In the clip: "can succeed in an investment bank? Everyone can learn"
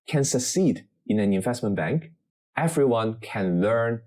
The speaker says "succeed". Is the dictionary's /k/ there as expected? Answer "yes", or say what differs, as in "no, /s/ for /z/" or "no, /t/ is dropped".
yes